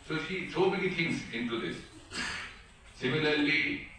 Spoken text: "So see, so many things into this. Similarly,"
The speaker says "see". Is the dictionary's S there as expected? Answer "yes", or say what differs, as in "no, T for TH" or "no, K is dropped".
no, SH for S